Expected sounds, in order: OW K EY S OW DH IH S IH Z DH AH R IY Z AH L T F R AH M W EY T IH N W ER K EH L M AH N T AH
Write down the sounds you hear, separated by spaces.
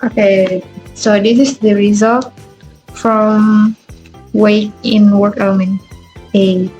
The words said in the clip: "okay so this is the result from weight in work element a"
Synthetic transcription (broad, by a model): OW K EY S OW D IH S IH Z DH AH R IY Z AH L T F R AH M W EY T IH N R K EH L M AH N AH